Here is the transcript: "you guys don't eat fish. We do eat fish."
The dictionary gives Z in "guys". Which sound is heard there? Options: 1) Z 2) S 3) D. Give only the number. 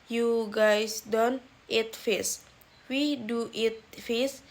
2